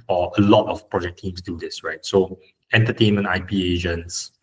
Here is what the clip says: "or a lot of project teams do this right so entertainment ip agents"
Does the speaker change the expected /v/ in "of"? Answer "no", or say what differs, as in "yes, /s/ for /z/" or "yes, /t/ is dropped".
yes, /f/ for /v/